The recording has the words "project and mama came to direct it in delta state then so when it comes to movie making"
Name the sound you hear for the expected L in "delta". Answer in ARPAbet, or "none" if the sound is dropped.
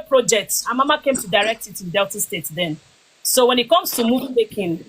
L